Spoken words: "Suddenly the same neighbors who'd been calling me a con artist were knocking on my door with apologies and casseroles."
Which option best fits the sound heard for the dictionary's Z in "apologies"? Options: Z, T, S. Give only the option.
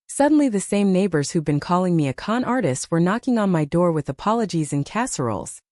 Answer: Z